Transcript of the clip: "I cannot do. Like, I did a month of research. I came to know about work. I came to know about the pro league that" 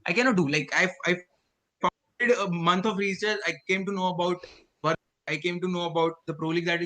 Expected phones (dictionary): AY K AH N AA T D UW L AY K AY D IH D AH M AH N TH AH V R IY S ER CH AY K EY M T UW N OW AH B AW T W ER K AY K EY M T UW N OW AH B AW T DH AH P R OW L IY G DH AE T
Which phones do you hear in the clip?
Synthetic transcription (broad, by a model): AY K AH N AA T D UW L AY K AY D IH D AH M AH N T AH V R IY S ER S AY K EY M T UW N OW AH B AW T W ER AY K EY M T UW N OW AH B AW T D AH P R OW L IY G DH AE T